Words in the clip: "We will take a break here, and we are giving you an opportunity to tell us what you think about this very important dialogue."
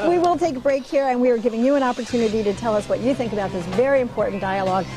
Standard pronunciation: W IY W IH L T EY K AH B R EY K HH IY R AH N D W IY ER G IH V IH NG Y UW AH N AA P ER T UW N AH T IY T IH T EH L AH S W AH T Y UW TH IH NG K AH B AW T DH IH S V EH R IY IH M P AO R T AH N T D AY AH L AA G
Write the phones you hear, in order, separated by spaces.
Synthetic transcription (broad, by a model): W IY W IH L T EY K AH B R EY K HH IY R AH N W IY ER G IH V IH NG Y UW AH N AA P ER T UW N AH T IY T IH T EH L AH S W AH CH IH TH IH NG K AH B AW T DH IH S V EH R IY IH M P AO R T N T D AY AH L AA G